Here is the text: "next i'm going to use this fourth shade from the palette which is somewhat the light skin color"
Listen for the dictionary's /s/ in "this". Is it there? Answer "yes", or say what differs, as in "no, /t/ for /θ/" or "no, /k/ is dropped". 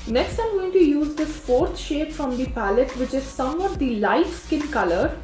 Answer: no, /s/ is dropped